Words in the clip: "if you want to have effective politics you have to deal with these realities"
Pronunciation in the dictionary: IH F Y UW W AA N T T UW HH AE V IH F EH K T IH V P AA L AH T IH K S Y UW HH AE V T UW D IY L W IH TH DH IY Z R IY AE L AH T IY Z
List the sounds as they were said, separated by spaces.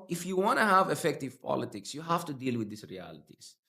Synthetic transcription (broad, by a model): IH F Y UW W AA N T T UW HH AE V IH F EH K T IH V P AA L AH T IH K S Y UW HH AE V T UW D IY L W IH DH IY S R IY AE L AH T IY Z